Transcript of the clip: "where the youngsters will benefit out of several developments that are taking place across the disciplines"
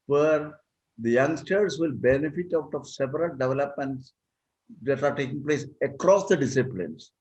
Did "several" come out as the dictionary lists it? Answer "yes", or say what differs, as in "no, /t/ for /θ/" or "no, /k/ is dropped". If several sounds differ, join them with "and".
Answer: no, /p/ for /v/